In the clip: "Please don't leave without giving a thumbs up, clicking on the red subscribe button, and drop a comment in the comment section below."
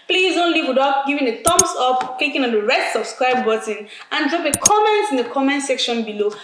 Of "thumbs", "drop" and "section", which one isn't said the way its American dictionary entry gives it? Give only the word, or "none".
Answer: thumbs